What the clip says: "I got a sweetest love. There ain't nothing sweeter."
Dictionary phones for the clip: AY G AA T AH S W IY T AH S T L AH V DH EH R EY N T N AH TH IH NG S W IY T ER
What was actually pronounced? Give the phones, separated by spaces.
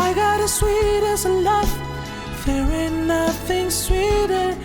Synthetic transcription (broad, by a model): AY G AA T AH S W IY T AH S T L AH F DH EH W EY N N AH TH IH NG S W IY T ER